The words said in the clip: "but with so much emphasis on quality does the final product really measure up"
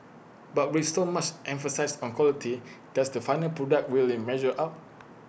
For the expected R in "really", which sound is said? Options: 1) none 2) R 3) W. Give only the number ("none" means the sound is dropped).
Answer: 3